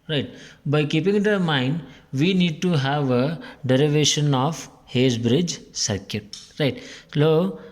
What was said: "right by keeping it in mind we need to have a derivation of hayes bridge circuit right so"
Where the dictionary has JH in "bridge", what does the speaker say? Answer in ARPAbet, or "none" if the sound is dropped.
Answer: JH